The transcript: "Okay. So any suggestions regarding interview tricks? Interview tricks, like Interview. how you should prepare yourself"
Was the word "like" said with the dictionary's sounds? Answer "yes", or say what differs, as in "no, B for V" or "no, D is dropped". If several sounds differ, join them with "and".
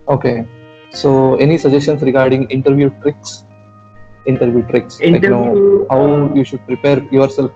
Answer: no, K is dropped